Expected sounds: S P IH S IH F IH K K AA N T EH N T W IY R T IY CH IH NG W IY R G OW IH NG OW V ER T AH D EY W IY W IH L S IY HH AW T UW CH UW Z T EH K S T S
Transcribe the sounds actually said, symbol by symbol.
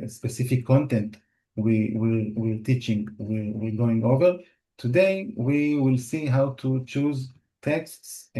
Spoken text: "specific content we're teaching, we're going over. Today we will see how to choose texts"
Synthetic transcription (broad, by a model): S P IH S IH F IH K K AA N T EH N T W IY R T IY CH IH NG W IY R G OW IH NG OW V ER T AH D EY W IY W IH L S IY HH AW T UW CH UW Z T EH K S T S